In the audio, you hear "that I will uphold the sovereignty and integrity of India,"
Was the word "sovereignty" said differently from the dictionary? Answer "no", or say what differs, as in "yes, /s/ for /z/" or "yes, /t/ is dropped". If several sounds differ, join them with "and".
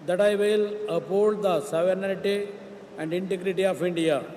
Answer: yes, /l/ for /n/